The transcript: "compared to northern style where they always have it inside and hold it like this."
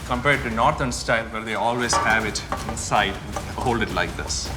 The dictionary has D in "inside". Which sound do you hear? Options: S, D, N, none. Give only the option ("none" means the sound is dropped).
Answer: none